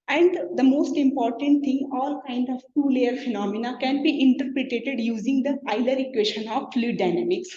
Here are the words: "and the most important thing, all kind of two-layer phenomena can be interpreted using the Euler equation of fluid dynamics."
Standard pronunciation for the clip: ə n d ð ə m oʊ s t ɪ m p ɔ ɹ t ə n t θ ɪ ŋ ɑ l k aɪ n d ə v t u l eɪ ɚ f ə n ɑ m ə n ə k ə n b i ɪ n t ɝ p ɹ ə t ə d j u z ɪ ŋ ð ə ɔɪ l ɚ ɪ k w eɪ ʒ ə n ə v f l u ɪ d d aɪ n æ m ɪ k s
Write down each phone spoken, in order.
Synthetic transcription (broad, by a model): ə n d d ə m oʊ s t ɪ m p ɔ ɹ t ə n t t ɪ ŋ ɑ l k aɪ n d ə v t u l eɪ ɚ f ə n ɑ m ə n ə k ə n b i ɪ n t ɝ p ɹ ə t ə d j u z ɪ ŋ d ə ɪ l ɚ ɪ k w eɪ ʃ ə n ə v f l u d d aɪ n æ m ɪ k s